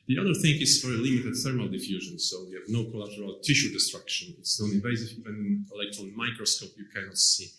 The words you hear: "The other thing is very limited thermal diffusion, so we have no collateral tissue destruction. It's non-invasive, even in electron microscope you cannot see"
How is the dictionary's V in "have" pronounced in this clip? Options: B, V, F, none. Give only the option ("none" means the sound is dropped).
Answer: V